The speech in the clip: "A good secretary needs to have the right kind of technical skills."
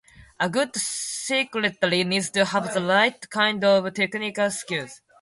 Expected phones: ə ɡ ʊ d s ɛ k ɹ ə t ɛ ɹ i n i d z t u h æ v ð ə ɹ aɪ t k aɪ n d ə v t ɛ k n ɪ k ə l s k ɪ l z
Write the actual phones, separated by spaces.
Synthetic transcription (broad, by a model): ə ɡ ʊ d s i k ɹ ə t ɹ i n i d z t u h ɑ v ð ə l aɪ t k aɪ n d ə v t ɛ k n ɪ k ə l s k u z